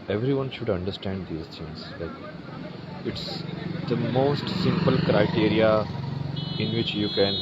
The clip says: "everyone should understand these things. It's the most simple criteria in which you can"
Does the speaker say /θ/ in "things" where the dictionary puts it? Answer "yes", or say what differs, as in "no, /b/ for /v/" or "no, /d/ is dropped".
no, /s/ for /θ/